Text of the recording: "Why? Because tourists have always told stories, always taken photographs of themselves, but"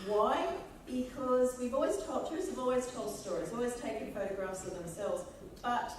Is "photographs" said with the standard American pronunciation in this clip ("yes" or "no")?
yes